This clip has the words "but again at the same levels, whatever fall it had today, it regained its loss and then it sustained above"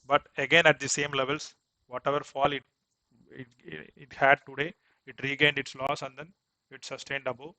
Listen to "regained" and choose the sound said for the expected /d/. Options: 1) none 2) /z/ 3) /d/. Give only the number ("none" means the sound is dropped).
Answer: 3